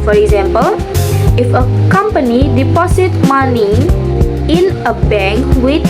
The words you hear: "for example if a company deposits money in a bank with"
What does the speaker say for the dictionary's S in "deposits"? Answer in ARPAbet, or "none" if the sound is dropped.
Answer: none